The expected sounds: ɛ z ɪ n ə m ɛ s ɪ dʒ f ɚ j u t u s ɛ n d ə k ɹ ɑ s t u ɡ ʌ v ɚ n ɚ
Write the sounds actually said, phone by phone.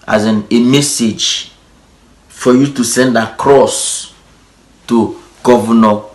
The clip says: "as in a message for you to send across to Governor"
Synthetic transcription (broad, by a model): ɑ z ɪ n ə m ɛ s ɪ dʒ f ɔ j u t u s ɛ n d ə k ɹ ɑ s t u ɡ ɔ v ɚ n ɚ